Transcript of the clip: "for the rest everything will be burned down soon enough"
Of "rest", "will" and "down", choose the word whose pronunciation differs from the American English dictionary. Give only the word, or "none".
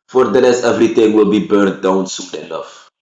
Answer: rest